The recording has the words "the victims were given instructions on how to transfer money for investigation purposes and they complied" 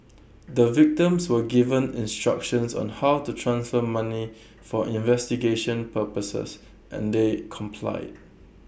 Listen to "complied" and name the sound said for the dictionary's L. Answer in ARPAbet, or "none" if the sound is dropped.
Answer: L